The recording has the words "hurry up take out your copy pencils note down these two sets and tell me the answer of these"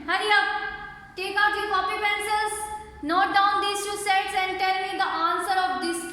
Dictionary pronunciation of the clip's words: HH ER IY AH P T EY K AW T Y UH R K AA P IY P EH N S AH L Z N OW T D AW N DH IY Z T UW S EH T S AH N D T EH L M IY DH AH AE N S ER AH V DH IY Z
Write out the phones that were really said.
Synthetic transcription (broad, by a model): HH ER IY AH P T EY K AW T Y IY K AA P IY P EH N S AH Z N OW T D AW N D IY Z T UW S EH T S AH N D T EH L M IY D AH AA N S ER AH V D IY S